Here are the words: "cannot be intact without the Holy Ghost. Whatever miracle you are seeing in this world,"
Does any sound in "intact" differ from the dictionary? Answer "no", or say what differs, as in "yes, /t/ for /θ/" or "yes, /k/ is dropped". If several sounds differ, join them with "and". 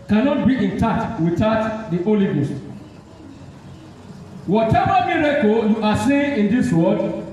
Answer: yes, /k/ is dropped